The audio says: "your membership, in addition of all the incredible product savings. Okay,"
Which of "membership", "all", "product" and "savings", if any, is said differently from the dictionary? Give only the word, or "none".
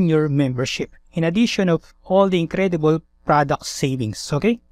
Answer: savings